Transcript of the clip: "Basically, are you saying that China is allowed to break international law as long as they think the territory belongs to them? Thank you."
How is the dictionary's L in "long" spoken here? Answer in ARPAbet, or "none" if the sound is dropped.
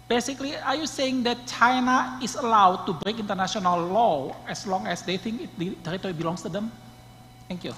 L